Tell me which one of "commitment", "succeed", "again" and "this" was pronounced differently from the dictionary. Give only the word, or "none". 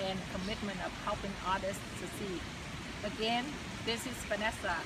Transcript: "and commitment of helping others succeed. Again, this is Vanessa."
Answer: succeed